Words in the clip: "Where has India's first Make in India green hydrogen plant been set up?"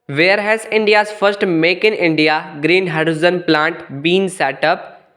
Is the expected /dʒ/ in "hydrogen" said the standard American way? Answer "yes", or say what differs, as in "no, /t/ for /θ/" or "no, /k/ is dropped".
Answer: no, /z/ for /dʒ/